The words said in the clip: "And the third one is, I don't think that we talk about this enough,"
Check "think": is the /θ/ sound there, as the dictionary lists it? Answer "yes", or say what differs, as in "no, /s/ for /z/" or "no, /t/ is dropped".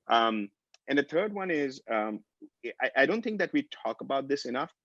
yes